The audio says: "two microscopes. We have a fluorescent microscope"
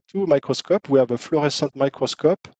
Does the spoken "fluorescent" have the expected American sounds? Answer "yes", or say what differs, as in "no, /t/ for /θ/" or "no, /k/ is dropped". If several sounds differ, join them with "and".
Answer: no, /n/ is dropped